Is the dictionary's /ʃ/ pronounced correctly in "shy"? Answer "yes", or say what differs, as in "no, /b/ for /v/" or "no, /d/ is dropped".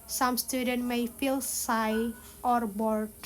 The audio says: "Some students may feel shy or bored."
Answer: no, /s/ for /ʃ/